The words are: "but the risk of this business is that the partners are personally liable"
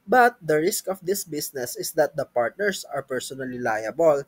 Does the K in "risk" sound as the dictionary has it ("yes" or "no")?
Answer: yes